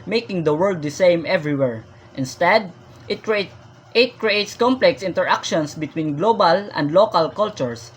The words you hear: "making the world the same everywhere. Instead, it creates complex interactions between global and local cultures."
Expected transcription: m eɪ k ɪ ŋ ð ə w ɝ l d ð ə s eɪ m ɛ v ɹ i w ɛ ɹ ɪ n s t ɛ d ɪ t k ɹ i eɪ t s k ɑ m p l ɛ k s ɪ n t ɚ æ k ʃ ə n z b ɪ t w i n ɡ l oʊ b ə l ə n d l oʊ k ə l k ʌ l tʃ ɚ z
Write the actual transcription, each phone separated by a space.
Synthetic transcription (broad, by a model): m eɪ k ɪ ŋ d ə w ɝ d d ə s eɪ m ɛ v ɹ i w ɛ ɹ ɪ n s t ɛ d ɪ t k ɹ i eɪ t s k ɑ m p l ɛ k s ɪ n t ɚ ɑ k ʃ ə n s b ɪ t w i n ɡ l oʊ b ə l ə n d l oʊ k ə l k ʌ l tʃ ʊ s